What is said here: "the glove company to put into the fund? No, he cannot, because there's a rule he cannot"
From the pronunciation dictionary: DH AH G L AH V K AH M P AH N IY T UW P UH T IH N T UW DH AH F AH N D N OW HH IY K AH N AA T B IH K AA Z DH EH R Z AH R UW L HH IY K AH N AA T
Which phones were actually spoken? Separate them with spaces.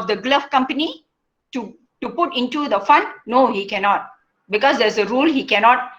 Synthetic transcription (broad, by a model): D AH G L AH F K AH M P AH N IY T UW P UH T IH N T UW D AH F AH N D N OW HH IY K AH N AA T B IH K AA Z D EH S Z AH R UW L HH IY K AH N AA T